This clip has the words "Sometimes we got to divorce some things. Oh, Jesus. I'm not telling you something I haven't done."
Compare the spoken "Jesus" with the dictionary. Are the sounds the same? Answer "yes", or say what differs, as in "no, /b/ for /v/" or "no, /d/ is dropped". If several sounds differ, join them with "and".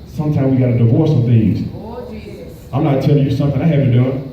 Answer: no, /s/ is dropped